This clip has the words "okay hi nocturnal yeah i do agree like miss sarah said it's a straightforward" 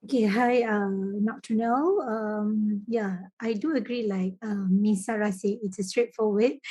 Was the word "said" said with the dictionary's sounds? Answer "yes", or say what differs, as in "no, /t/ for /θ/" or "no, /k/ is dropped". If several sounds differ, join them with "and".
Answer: no, /d/ is dropped